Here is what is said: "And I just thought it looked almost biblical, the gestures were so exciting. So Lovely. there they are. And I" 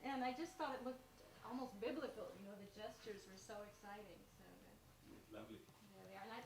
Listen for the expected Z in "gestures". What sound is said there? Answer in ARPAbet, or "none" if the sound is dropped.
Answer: Z